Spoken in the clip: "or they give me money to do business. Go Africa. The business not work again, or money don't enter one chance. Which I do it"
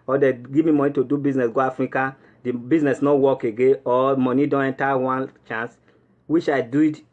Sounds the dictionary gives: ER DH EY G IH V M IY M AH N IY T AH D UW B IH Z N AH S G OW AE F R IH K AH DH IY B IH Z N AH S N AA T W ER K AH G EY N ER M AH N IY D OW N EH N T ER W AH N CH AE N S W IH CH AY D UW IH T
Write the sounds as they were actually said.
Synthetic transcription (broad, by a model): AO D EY G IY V M IY M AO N IY T AH D UW B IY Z N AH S G OW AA F R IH K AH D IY B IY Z N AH S N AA W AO K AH G EY AO M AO N IY D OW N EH N T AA W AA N CH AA N S W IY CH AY D UW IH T